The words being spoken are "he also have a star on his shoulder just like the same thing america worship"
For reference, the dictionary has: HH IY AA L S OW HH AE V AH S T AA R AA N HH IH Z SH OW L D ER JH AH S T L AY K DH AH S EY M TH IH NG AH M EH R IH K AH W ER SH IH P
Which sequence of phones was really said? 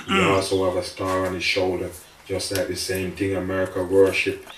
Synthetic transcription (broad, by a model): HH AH AA L S OW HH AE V AH S T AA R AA N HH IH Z SH OW L D ER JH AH S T L AY K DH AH S EY M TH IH NG AH M EH R IH K AH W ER SH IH P